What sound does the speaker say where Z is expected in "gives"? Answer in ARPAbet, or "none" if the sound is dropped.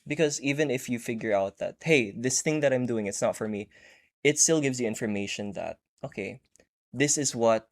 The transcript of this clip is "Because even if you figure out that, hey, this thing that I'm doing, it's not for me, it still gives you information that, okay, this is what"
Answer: Z